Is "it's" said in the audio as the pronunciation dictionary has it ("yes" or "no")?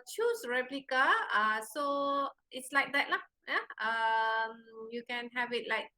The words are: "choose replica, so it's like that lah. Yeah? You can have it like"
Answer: yes